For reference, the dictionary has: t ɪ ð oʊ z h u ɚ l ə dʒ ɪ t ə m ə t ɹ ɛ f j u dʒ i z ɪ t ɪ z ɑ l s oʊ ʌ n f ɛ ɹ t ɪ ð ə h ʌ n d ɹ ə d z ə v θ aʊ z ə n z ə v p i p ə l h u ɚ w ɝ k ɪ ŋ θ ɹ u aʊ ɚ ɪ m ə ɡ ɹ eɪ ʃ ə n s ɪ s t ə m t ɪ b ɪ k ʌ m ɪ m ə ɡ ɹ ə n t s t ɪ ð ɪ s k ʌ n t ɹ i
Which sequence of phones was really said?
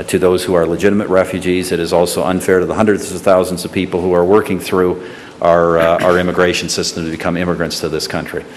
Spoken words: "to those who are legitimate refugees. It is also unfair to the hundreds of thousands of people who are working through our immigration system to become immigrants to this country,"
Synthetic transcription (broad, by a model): t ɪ ð oʊ z h u ɚ l ə dʒ ɪ t ə m ə t ɹ ɛ f j u dʒ i z ɪ t ɪ z ɑ l s oʊ ʌ n f ɛ ɹ t ɪ ð ə h ʌ n d ɹ ə d z ə v θ aʊ z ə n z ə v p i p l h u ɚ w ɝ k ɪ ŋ θ ɹ u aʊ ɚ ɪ m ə ɡ ɹ eɪ ʃ n s ɪ s t ə m t ɪ b ɪ k ʌ m ɪ m ə ɡ ɹ ə n t s t ɪ ð ɪ s k ʌ n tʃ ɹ i